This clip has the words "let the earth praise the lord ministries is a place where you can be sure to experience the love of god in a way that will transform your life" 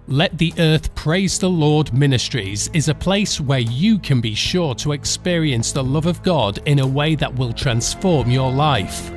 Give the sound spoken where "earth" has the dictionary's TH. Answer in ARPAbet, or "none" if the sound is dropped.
TH